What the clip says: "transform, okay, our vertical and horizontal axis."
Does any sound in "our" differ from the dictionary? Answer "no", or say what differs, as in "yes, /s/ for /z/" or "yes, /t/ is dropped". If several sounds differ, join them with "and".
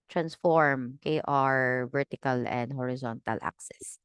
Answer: no